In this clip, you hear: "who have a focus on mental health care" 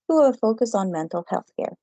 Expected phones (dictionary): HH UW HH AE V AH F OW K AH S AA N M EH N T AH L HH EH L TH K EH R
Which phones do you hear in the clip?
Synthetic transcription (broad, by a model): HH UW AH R F OW K AH S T N M EH N T L HH EH L TH K EH R